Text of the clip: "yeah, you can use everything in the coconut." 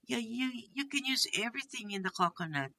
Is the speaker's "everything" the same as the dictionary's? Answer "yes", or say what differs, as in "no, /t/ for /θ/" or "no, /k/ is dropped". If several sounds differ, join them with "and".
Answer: yes